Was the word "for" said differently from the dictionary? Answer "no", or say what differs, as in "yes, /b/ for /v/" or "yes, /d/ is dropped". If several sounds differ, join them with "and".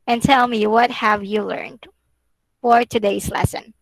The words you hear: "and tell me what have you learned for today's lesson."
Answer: no